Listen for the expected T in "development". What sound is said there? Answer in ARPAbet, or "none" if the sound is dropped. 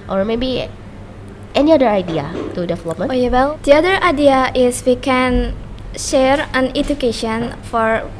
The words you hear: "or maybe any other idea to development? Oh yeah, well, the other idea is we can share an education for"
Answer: none